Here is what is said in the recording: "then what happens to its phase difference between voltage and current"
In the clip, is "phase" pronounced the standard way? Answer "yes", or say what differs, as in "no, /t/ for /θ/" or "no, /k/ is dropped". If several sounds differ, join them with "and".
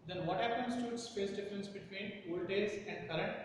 no, /p/ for /f/ and /s/ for /z/